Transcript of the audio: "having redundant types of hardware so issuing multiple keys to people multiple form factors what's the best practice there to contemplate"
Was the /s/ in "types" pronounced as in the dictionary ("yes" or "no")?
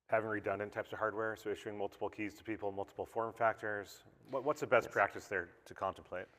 yes